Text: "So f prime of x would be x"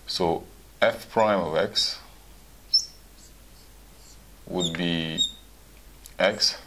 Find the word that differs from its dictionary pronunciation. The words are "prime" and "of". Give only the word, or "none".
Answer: none